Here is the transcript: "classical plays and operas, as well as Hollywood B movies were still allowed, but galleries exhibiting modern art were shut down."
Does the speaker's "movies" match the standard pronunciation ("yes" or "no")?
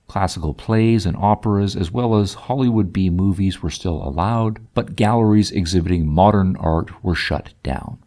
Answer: yes